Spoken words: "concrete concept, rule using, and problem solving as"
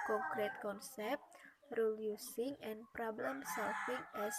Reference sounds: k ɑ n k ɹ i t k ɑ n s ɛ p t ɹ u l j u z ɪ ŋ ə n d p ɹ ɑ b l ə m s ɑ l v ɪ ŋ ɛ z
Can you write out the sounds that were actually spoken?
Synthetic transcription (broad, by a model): k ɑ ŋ k ɹ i t k ɑ n s ɛ p t ɹ u l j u s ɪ ŋ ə n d p ɹ ɑ b l ə m s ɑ l f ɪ ŋ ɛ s